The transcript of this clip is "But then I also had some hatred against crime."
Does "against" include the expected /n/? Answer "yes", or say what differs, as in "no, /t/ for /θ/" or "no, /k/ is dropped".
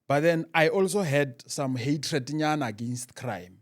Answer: yes